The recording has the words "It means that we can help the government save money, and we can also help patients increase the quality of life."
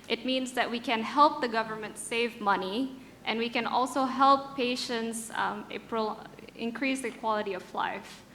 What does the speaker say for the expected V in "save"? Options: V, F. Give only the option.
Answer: V